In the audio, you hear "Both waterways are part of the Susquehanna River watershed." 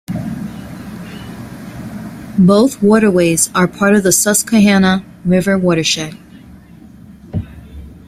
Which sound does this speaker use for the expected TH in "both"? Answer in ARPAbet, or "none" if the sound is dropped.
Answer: TH